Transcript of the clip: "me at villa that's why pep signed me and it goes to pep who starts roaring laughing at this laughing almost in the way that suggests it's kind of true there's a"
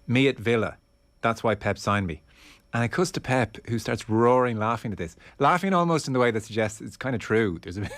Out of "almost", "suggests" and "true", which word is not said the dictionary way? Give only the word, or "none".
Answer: none